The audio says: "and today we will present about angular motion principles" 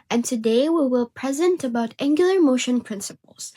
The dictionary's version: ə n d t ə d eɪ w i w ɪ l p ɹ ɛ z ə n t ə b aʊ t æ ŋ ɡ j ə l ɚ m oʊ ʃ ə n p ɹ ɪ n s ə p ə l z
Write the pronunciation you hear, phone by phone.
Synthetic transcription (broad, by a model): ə n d t ə d eɪ w i w ɪ l p ɹ ɛ z ə n t ə b aʊ t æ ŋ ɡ j l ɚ m oʊ ʃ ə n p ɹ ɪ n s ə p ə l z